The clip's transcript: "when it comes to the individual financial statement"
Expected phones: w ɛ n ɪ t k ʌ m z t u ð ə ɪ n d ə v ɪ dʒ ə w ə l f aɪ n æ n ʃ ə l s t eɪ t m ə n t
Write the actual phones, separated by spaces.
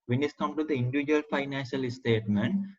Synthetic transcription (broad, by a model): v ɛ n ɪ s k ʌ m t u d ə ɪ n d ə v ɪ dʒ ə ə l f aɪ n æ n ʃ ə l s t eɪ t m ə n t